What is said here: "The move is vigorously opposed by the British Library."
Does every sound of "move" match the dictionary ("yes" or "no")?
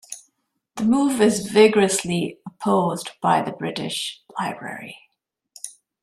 yes